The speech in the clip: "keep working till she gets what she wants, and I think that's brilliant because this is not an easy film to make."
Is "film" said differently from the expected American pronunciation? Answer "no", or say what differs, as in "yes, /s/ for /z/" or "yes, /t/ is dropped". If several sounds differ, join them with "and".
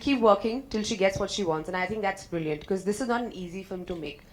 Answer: yes, /l/ is dropped